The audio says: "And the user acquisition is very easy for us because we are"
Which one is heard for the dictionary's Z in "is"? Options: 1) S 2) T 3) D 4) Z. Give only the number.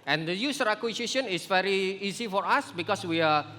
1